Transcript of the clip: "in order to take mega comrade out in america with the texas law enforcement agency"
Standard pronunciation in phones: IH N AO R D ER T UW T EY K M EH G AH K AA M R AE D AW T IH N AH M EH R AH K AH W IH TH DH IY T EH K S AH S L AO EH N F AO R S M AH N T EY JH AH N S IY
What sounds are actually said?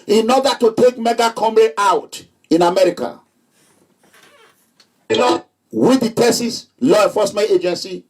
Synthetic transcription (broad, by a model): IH N AO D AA T UW T EY K M EH G AH K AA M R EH AW T IH N AH M EH R AH K AH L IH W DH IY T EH S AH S L AO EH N F AO S M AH N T EY JH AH N S IY